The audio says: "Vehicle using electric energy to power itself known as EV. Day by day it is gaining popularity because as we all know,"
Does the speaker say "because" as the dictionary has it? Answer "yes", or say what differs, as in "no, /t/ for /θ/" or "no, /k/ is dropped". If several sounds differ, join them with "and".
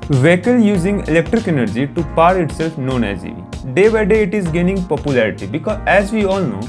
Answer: no, /z/ is dropped